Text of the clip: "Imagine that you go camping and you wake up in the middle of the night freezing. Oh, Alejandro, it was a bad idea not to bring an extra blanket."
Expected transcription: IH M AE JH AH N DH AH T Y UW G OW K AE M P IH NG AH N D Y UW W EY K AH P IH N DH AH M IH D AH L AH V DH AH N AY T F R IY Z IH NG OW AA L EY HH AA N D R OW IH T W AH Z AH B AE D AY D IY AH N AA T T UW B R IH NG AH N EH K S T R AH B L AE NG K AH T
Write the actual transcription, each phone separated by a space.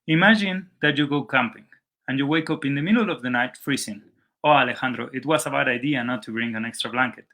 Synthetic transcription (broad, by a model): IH M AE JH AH N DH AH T Y UW G OW K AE M P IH NG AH N Y UW W EY K AH P IH N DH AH M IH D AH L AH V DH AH N AY T F R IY S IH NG OW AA L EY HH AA N D R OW IH T W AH S AH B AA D AY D IY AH N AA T T UW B R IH NG AH N EH K S T R AH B L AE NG K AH T